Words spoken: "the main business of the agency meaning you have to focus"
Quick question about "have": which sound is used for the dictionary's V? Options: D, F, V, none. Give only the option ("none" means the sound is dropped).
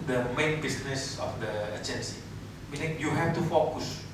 F